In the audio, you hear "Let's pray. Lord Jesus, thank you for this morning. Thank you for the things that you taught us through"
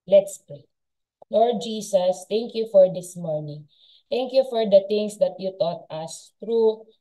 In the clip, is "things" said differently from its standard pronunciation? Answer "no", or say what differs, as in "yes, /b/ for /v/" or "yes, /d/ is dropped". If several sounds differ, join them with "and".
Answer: yes, /t/ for /θ/